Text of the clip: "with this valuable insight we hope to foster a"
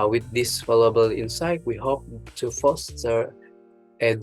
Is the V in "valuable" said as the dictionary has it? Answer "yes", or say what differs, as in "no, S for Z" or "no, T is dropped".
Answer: no, F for V